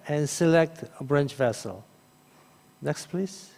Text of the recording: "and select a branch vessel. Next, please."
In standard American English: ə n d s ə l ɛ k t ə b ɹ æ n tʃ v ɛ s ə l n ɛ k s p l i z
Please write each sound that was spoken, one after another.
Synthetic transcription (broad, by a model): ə n s ə l ɛ k t ə b ɹ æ n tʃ v ɛ s ə l n ɛ k s p l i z